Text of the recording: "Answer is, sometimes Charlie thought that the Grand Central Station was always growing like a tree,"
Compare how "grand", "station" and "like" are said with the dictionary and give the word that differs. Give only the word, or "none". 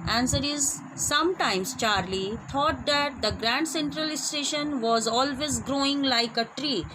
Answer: none